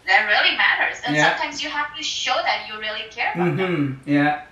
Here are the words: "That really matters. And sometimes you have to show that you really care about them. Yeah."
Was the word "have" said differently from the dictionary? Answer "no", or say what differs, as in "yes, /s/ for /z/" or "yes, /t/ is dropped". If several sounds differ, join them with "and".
yes, /f/ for /v/